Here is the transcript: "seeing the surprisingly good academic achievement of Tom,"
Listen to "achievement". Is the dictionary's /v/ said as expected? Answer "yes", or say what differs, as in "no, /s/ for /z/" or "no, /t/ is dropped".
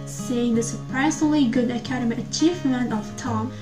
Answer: no, /f/ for /v/